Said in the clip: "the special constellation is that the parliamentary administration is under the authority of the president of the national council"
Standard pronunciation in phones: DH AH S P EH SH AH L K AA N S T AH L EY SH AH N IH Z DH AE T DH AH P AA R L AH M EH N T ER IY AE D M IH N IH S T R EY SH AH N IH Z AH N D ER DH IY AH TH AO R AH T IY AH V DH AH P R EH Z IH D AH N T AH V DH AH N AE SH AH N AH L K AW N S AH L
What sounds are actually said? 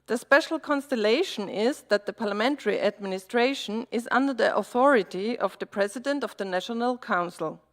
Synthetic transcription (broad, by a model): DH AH S P EH SH L K AA N S T AH L EY SH AH N IH Z DH AE T DH AH P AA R L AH M EH N T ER IY AE D M IH N IH S T R EY SH AH N IH Z AH N D ER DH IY AH TH AO R AH T IY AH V DH AH P R EH Z IH D AH N T AH V DH AH N AE SH AH N AH L K AW N S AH L